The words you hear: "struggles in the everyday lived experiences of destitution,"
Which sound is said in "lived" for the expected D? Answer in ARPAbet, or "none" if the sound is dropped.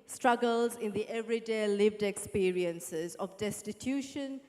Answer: D